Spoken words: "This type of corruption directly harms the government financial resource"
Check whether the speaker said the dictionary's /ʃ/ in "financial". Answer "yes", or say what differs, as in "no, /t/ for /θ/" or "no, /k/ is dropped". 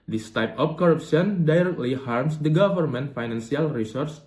no, /s/ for /ʃ/